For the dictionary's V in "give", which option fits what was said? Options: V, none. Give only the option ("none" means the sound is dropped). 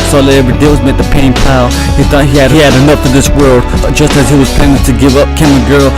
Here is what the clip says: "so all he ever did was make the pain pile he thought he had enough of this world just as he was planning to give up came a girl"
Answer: V